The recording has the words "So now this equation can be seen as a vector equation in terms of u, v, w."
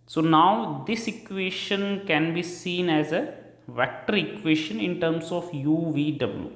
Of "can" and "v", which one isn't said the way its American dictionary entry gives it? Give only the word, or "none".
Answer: none